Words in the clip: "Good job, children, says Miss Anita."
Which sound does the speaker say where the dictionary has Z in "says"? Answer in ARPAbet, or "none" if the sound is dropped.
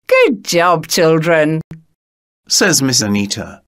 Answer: Z